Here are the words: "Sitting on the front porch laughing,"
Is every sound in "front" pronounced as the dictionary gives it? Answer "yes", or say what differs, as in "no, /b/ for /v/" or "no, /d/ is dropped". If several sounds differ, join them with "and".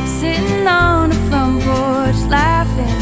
no, /l/ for /ɹ/